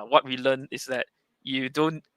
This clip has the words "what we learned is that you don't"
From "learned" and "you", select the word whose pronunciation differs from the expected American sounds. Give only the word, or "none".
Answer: learned